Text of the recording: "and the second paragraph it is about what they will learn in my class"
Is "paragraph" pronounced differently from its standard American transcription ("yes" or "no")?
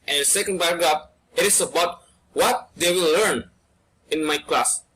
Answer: yes